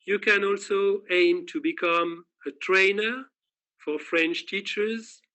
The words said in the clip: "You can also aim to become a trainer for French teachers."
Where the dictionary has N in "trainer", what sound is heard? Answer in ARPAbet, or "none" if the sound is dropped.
N